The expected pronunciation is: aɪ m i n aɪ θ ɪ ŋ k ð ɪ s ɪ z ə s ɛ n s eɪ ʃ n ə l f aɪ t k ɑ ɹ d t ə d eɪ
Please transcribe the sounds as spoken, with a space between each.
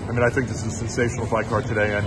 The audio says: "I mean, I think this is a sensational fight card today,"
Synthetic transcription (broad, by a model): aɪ m i n aɪ θ ɪ ŋ k ð ɪ s ɪ z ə s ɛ n s eɪ ʃ n l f aɪ k ɑ ɹ d t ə d eɪ